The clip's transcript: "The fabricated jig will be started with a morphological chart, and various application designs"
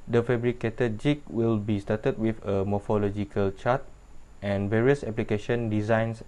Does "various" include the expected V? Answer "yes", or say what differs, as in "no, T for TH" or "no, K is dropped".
yes